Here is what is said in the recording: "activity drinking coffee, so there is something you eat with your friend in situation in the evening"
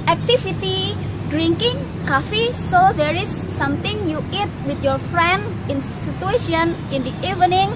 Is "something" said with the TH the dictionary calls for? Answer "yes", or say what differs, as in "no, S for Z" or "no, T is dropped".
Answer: no, T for TH